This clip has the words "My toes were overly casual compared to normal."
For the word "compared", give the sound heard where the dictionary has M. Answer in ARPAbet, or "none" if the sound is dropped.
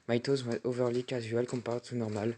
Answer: none